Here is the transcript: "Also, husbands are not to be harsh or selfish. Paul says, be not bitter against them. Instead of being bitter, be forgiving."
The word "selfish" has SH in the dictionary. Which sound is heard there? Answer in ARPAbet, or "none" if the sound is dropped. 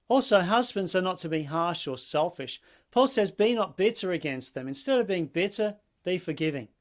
SH